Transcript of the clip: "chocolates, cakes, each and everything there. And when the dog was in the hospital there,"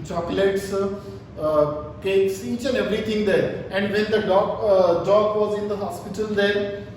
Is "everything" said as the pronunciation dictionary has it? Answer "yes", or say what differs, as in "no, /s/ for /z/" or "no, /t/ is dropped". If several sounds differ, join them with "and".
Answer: no, /t/ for /θ/